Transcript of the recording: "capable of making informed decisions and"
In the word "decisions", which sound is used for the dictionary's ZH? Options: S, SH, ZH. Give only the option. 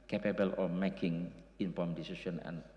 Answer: S